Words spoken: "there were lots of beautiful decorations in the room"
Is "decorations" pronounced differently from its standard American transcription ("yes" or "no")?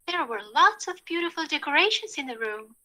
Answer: no